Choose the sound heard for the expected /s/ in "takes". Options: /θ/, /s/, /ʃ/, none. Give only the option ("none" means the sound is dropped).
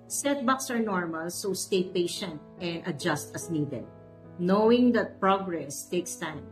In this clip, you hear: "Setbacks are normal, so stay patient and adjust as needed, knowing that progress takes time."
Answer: /s/